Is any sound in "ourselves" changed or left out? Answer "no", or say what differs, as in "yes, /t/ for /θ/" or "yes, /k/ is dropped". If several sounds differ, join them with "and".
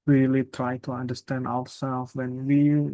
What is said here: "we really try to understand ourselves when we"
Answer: yes, /w/ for /ɹ/